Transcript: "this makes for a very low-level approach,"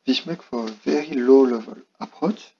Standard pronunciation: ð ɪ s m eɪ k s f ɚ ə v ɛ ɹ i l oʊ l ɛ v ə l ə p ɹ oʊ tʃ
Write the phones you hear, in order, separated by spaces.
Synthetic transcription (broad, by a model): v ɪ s m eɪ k f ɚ ə v ɛ ɹ i l oʊ l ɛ v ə l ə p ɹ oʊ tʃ